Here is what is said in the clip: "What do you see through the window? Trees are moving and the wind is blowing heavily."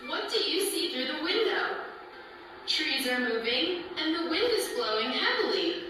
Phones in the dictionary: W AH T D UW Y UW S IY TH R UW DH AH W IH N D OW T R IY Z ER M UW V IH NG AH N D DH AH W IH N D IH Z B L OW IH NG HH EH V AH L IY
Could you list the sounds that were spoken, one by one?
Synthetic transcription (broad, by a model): W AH T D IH Y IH S IY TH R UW DH AH W IH N D OW T R IY Z ER M UW V IH NG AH N DH AH W IH N D IH Z B L OW IH NG HH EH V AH L IY